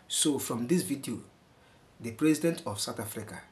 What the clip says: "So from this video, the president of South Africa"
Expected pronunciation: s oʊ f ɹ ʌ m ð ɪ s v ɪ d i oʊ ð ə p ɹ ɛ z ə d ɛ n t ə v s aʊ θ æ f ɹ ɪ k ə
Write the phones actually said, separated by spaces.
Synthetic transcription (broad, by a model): s oʊ f ɹ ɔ m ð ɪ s v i d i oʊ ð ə p ɹ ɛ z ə d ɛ n t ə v s aʊ t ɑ f ɹ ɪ k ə